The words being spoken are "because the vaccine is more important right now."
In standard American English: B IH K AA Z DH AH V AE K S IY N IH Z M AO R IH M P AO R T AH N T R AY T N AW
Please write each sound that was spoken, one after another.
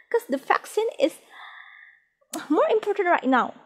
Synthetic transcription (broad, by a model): K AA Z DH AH F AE K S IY N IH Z M AO R IH M P AO R T AH N T R AY T N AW